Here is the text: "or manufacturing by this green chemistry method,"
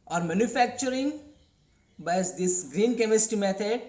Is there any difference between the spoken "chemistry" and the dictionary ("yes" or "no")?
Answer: yes